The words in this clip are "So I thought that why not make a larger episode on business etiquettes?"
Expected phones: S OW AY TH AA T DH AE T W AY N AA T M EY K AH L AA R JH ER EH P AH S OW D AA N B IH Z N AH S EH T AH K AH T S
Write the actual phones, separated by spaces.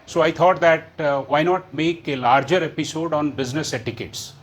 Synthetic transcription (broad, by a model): S OW AY T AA T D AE T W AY N AA T M EY K AH L AA R JH ER EH P AH S OW D AA N B IH Z N AH S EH T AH K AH T S